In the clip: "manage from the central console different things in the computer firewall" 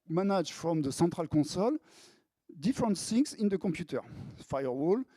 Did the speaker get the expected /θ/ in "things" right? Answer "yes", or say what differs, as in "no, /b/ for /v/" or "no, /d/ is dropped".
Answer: no, /s/ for /θ/